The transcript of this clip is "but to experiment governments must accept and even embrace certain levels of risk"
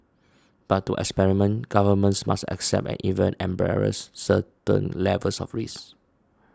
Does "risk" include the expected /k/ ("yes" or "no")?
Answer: no